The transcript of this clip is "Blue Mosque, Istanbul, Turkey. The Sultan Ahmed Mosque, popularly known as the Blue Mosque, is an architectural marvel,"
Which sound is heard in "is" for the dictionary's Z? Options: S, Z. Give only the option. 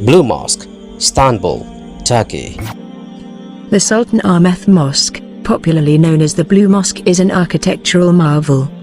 Z